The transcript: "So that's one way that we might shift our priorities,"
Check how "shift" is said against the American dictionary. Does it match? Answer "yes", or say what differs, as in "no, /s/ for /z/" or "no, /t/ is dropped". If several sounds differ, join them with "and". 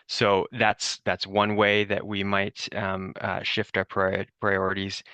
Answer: yes